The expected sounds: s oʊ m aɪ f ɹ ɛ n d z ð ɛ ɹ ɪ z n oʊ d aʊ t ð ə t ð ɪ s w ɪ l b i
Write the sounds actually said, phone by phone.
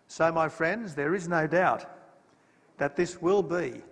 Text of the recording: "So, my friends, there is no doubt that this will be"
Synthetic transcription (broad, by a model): s oʊ m aɪ f ɹ ɛ n d z ð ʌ ɹ ɪ z n oʊ d aʊ t ð ə t ð ɪ s w ɪ l b i